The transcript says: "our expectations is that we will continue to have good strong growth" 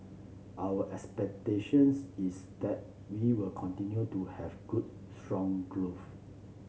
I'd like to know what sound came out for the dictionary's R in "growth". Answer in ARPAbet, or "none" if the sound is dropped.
L